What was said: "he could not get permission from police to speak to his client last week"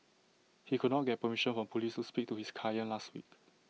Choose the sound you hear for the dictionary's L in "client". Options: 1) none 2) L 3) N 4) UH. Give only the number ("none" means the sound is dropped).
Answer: 1